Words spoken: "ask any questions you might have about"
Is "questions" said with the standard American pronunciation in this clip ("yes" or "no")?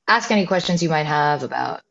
yes